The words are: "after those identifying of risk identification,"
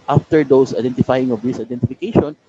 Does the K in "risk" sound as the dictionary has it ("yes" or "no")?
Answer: no